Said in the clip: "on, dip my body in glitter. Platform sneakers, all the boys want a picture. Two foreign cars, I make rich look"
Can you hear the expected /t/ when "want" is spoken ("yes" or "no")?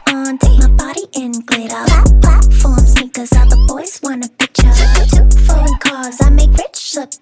no